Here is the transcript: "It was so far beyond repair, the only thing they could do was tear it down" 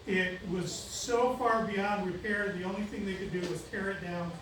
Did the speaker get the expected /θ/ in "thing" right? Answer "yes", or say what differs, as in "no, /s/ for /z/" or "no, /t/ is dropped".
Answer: yes